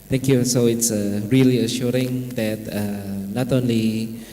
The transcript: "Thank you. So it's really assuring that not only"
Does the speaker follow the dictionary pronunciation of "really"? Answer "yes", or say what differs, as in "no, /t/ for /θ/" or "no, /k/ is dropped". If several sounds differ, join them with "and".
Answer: yes